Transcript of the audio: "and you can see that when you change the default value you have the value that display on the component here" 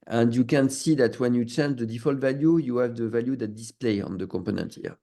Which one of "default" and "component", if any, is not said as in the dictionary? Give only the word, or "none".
none